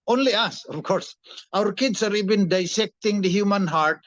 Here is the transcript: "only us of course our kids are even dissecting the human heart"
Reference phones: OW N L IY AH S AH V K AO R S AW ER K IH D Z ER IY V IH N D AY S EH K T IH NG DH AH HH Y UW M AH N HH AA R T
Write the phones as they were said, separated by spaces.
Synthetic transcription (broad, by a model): OW N L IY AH S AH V K AO R S AW ER K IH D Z ER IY B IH N D AY S EH K T IH NG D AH HH Y UW M AH N HH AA R T